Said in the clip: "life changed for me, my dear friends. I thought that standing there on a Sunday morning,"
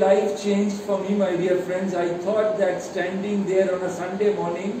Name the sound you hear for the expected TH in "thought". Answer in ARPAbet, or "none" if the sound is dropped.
T